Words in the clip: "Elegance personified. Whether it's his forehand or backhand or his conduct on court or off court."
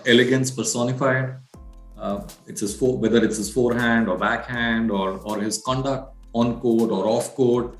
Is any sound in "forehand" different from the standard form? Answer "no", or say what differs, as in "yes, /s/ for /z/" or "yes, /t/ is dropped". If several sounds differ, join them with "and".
no